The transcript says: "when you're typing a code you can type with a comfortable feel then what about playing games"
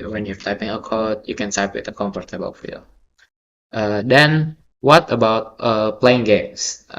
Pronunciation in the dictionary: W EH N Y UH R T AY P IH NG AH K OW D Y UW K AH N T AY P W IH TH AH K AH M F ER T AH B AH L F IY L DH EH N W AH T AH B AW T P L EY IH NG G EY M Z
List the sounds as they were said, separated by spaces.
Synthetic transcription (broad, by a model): W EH N Y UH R T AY P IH NG AH K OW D Y UW K AH N S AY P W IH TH AH K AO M F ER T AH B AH L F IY L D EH N W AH T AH B AW T P L EY IH NG G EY M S